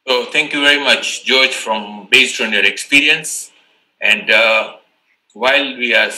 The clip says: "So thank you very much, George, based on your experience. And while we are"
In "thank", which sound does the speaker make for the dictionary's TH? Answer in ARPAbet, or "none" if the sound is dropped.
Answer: T